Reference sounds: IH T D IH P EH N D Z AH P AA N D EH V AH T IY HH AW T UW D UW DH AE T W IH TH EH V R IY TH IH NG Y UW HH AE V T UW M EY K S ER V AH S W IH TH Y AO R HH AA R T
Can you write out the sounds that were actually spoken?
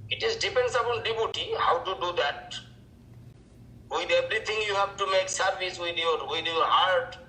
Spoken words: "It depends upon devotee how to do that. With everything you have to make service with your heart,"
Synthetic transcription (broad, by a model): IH T D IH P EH N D S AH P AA N D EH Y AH T IY HH AW T UW D UW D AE T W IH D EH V R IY T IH NG Y UW HH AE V T UW M EY K S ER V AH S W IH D Y AO R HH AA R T